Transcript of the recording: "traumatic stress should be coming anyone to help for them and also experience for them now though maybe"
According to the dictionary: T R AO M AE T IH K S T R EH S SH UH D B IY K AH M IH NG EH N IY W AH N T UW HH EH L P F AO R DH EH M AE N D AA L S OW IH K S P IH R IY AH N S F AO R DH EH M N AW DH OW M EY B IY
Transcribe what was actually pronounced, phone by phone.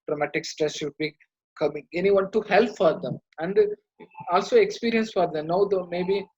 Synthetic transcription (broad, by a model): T R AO M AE T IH K S T R EH S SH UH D B IY K AH M IH NG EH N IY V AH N T UW HH EH L P F AO R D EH M AE N D AA L S OW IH K S P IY R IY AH N S F AO R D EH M N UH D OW M EY B IY